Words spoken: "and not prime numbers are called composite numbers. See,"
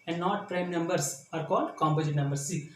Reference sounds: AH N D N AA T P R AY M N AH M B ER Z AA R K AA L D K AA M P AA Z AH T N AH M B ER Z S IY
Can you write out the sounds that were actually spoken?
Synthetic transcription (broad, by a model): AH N D N AA T P R AY M N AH M B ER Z AA R K AA L D K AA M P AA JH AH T N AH M B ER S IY